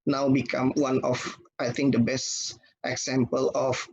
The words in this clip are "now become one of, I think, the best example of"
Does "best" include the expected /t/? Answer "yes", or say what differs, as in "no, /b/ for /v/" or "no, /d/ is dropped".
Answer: yes